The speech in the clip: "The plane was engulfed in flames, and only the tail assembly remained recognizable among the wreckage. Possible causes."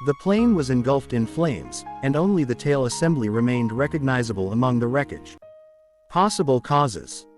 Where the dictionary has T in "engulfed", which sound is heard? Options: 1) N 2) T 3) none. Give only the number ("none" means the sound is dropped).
2